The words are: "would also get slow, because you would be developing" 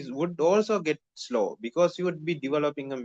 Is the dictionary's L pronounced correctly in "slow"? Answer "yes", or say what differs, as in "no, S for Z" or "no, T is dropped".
yes